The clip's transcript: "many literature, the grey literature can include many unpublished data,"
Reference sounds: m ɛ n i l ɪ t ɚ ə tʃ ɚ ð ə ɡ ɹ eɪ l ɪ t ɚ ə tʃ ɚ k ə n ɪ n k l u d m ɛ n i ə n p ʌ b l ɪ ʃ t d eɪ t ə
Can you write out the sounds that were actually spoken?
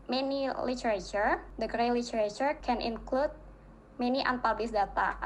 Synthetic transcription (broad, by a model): m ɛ n i l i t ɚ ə tʃ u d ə ɡ ɹ eɪ l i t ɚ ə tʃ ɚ k ə n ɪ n k l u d m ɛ n i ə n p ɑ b ɪ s d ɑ t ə